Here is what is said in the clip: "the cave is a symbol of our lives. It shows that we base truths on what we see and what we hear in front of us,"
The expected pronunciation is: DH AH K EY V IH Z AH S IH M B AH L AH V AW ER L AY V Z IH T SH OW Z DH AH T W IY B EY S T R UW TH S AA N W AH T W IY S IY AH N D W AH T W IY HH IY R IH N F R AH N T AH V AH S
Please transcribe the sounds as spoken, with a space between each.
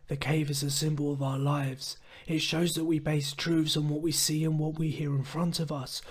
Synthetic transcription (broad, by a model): DH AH K EY V IH Z AH S IH M B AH L AH V AW ER L AY V Z IH T SH OW Z DH AH T W IY B EY S T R UW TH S N W AH T W IY S IY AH N W AH T W IY HH IY R IH N F R AH N T AH V AH S